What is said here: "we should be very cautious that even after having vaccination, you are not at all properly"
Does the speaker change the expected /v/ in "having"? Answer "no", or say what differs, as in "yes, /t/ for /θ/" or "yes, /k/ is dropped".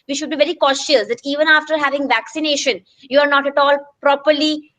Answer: no